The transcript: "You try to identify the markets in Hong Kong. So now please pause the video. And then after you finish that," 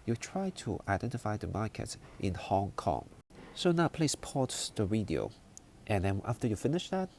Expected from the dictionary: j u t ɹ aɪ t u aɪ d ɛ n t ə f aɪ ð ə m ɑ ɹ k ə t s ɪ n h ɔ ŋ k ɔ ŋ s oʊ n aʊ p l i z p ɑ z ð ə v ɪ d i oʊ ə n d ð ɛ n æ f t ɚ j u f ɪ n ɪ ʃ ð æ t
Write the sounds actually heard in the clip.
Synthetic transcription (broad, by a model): j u t ɹ aɪ t u aɪ d ɛ n t ə f aɪ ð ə m ɑ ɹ k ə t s ɪ n h ɔ ŋ k ɔ ŋ s oʊ n aʊ p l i s p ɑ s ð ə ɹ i d i oʊ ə n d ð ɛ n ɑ f t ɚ j u f ɪ n ɪ ʃ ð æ t